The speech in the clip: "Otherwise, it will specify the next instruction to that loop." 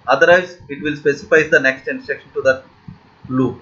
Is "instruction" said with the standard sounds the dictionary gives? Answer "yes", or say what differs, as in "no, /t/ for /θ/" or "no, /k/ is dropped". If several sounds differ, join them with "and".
no, /s/ is dropped